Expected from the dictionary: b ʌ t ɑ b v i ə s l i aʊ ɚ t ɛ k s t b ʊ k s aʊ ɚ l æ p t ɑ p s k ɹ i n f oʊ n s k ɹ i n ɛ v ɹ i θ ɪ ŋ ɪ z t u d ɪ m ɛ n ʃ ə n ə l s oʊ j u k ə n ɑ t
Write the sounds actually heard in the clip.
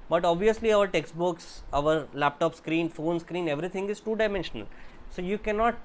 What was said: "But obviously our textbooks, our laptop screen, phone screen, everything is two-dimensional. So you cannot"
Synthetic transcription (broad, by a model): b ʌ t ɑ b v i ə s l i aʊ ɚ t ɛ k s t b ʊ k s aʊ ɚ l æ p t ɑ p s k ɹ i n f oʊ n s k ɹ i n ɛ v ɹ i t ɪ ŋ ɪ z t u d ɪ m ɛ n ʃ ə n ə l s oʊ j u k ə n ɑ t